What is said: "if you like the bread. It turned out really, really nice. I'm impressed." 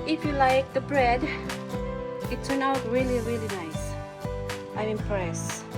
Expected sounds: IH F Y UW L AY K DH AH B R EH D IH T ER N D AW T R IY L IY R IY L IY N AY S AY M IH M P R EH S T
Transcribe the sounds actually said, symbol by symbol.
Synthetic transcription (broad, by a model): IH F Y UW L AY K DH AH B R EH D IH T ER N AW T R IY L IY R IY L IY N AY S AY M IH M P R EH S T